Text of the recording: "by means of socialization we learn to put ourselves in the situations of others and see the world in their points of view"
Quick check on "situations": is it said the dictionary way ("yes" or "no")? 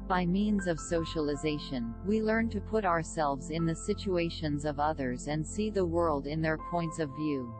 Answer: yes